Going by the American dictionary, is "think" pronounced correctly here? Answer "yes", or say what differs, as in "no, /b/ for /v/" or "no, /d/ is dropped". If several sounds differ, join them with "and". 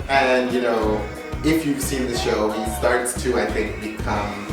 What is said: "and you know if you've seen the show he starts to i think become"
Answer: yes